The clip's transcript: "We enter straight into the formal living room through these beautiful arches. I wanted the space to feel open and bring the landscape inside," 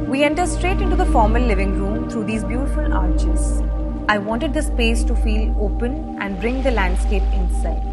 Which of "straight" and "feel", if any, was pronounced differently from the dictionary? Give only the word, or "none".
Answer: none